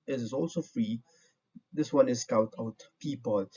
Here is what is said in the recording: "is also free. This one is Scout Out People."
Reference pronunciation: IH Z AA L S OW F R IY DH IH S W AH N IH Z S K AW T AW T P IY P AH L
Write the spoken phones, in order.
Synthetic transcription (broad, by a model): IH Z AA L S OW F R IY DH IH S W AH N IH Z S K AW T AW T P IY P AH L